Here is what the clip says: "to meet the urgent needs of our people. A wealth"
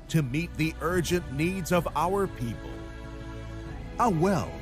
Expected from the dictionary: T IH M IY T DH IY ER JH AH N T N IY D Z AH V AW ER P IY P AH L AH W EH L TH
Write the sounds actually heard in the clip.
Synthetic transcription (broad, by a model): T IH M IY T DH IY ER JH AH N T N IY D Z AH V AW ER P IY P AH L AH W EH L